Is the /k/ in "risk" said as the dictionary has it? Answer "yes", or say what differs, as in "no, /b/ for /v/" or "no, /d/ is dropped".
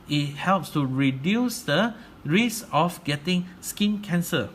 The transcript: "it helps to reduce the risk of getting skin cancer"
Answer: no, /k/ is dropped